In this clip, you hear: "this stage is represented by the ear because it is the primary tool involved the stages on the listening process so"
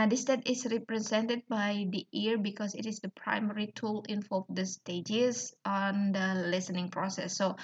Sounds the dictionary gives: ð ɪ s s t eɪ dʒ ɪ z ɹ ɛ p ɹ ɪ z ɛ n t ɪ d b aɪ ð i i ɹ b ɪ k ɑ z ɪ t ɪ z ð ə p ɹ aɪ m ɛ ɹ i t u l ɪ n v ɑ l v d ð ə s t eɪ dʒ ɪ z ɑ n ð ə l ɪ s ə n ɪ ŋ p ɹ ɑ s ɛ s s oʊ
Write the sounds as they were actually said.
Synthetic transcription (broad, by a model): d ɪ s s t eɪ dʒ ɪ s ɹ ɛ p ɹ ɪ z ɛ n t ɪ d b aɪ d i i ɹ b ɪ k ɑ s ɪ t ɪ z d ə p ɹ aɪ m ɛ ɹ i t u l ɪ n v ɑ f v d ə s t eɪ dʒ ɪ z ɑ n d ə l ɪ s ə n ɪ ŋ p ɹ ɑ s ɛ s s oʊ